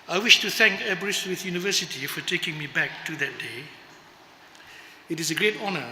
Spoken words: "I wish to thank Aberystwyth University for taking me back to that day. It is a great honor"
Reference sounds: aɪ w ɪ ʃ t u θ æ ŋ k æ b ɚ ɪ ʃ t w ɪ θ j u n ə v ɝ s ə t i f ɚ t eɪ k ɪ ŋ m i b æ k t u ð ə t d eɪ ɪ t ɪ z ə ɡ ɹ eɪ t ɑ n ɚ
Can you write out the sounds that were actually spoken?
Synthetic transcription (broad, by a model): aɪ w ɪ ʃ t u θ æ ŋ k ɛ b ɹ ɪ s w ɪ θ j u n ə v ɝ s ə t i f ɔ t eɪ k ɪ ŋ m i b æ k t u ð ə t d eɪ ɪ t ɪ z ə ɡ ɹ eɪ t ɑ n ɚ